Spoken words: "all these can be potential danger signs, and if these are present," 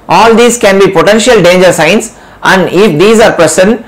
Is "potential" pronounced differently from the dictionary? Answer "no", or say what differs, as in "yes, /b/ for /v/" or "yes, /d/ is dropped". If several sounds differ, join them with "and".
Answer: no